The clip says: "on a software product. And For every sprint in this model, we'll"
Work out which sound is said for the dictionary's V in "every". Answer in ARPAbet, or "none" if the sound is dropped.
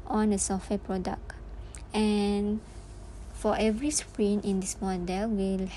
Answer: V